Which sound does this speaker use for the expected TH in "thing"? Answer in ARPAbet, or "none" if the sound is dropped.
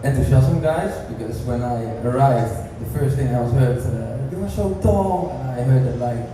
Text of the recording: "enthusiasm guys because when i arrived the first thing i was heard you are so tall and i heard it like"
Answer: TH